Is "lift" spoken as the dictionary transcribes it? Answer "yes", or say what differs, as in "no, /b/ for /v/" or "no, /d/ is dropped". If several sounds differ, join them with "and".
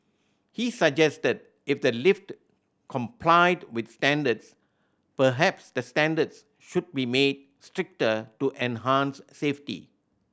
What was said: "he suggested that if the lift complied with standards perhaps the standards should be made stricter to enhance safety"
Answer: yes